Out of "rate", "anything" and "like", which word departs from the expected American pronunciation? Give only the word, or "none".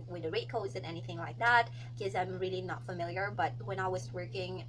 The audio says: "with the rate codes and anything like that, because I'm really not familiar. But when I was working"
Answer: none